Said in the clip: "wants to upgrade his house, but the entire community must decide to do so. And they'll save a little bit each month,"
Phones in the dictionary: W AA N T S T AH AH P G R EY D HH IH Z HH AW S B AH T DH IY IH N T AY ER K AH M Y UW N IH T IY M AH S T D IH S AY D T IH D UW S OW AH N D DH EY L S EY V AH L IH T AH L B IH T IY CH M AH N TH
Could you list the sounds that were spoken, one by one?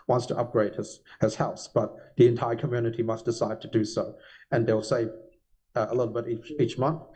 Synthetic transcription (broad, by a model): W AA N T S T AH AH P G R EY D HH IH Z HH AW S B AH T DH IY IH N T AY ER K AH M Y UW N IH T IY M AH S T D IH S AY D T IH D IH S OW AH N DH EY L S EY V AH L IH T L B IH T IY CH M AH N TH